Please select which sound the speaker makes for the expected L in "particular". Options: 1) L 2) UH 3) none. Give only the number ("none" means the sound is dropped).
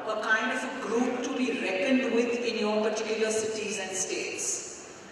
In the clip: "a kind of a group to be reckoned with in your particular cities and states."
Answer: 1